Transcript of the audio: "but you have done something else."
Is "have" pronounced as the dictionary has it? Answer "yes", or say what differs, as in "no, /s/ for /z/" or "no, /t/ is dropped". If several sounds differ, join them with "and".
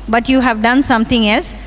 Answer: yes